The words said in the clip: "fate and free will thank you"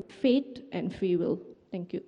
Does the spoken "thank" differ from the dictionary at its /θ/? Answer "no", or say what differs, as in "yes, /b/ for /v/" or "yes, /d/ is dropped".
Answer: yes, /t/ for /θ/